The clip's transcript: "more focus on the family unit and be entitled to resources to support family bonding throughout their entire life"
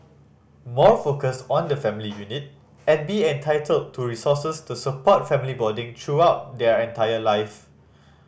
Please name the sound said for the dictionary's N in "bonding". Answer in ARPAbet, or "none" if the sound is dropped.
none